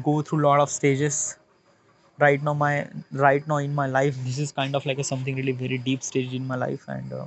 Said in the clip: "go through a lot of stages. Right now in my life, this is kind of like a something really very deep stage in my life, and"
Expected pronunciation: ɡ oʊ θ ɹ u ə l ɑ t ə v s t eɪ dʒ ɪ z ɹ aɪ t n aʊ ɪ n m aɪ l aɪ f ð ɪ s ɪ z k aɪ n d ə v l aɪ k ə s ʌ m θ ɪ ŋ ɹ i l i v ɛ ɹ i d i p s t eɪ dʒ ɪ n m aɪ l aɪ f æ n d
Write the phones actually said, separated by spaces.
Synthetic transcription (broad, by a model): ɡ oʊ t ɹ u l ɑ t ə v s t eɪ dʒ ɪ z ɹ aɪ t n aʊ ɪ n m aɪ l aɪ f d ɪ s ɪ z k aɪ n d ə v l aɪ k ə s ʌ m t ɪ ŋ ɹ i l i v ɛ ɹ i d i p s t eɪ dʒ ɪ n m aɪ l aɪ f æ n d